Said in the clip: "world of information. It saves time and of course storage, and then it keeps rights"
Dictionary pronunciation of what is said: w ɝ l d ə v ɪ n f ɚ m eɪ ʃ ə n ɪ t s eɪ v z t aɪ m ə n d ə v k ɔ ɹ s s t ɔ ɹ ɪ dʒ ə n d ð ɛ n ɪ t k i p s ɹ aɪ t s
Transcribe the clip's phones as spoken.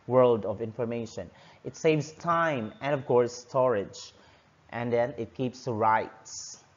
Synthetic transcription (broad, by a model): w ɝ l d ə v ɪ n f ɚ m eɪ ʃ ə n ɪ t s eɪ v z t aɪ m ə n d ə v k ɔ ɹ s s t ɔ ɹ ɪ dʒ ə n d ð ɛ n ɪ t k i p s ɹ aɪ t s